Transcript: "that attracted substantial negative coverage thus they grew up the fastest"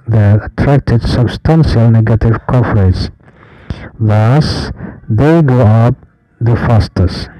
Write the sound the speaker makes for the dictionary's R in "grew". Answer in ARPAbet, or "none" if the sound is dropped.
none